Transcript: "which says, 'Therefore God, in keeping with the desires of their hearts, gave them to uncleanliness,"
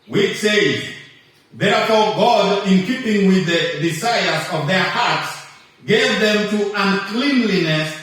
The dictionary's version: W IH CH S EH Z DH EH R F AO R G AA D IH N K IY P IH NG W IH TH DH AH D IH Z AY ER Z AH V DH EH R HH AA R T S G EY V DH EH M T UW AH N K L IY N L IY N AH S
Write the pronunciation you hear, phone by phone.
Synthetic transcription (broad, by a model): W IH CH S EH Z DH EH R F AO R G AA D IH N K IY P IH NG W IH DH AH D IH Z AY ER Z AH V DH EH R HH AA R T S G EY V DH EH M T UW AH N K L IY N L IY N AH S